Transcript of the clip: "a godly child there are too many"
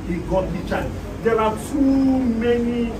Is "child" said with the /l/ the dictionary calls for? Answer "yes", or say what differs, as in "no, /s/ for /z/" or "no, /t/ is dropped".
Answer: no, /l/ is dropped